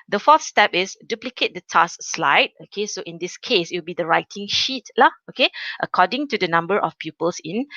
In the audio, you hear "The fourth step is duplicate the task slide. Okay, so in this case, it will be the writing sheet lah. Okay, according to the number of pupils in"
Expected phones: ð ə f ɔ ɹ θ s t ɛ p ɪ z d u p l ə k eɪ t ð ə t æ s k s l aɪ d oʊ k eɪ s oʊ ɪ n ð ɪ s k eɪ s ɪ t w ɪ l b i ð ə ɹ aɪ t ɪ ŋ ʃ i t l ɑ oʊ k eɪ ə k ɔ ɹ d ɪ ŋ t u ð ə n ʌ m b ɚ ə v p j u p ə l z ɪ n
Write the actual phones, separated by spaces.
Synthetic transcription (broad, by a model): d ə f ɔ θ s t ɛ p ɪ s d u p l ə k eɪ t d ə t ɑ s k s l aɪ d oʊ k eɪ s oʊ ɪ n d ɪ s k eɪ s ɪ t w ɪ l b i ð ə ɹ aɪ t ɪ ŋ ʃ i t l ɑ oʊ k eɪ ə k ɔ d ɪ ŋ t u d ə n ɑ m b ɚ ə f p j u p ə l s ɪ n